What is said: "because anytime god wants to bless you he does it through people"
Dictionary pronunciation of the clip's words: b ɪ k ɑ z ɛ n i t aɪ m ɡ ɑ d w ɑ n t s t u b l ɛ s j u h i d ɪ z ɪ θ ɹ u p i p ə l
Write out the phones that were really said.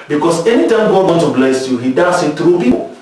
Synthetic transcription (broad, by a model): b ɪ k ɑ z ɛ n i t aɪ m ɡ ɑ d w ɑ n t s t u b l ɛ s j u h i d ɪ s ɪ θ ɹ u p i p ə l